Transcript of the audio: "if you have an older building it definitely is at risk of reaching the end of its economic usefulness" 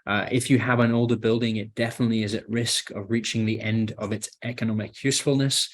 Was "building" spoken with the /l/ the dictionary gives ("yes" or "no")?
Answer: yes